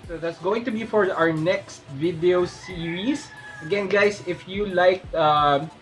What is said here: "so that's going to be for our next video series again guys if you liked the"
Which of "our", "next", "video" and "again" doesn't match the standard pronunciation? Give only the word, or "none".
none